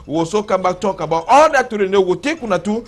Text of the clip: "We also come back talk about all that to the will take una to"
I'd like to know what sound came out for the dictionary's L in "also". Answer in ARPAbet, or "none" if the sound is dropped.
none